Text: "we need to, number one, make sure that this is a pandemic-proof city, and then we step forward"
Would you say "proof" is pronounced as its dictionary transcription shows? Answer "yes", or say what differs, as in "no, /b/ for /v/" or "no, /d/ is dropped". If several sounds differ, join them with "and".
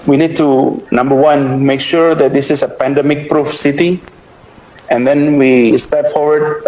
yes